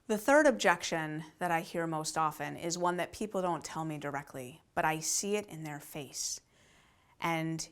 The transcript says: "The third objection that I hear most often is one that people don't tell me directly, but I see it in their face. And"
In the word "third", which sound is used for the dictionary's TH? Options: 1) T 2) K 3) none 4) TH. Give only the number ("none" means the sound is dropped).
4